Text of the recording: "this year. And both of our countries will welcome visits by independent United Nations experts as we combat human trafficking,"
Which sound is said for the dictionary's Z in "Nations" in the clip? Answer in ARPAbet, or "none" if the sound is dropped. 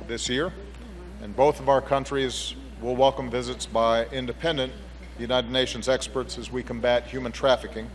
Z